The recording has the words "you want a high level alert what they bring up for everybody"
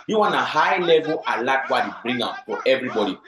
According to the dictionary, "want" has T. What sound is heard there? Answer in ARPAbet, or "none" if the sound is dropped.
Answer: none